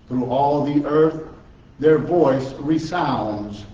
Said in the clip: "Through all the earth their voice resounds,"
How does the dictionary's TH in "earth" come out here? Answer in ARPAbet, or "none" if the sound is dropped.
TH